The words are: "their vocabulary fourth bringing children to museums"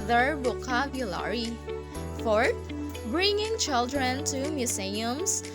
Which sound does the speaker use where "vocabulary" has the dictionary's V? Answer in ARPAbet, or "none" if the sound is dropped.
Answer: B